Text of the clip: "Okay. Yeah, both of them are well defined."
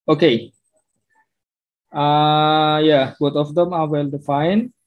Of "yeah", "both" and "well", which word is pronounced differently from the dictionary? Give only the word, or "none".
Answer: both